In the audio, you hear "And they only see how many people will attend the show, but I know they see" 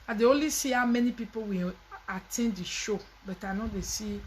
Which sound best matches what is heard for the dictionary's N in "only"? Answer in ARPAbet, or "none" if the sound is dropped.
none